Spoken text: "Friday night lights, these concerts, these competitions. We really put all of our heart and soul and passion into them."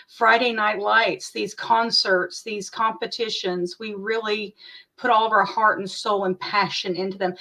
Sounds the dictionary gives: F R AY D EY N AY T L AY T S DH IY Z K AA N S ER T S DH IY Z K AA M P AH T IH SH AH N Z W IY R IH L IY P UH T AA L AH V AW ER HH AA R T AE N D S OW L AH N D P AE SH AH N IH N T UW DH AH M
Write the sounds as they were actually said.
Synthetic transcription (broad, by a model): F R AY D EY N AY T L AY T S DH IY Z K AA N S ER T S DH IY Z K AA M P AH T IH SH AH N Z W IY R IH L IY P UH T AA L AH V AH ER HH AA R T N S OW L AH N P AE SH AH N IH N T UW DH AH M